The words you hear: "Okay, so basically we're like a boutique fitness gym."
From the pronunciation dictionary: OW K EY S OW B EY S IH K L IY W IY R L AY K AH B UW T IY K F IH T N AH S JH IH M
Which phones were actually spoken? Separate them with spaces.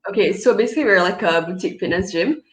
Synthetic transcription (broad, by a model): OW K EY S OW B EY S IH K L IY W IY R L AY K AH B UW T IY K P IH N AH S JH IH M